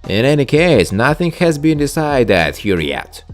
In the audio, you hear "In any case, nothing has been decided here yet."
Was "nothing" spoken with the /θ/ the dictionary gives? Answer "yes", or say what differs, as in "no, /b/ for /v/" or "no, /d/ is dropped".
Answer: yes